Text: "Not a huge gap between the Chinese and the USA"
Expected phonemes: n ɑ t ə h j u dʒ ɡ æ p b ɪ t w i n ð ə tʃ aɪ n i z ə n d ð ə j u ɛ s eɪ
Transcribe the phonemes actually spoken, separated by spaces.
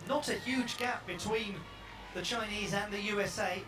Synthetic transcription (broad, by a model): n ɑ t ə h j u dʒ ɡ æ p b ɪ t w i n ð ə tʃ aɪ n i z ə n ð ə j u ɛ s eɪ